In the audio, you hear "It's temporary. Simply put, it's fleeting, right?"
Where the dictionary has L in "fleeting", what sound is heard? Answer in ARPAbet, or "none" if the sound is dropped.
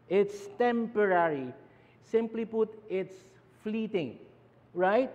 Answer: L